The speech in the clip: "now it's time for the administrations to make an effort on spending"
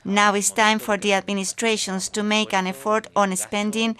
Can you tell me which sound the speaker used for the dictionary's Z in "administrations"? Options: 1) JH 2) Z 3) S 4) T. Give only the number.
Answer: 3